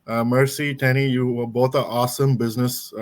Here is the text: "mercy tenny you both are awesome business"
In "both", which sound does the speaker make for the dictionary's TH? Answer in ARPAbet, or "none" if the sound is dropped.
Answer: T